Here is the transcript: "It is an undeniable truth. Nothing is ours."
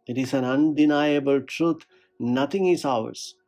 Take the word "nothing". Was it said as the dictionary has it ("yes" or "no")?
no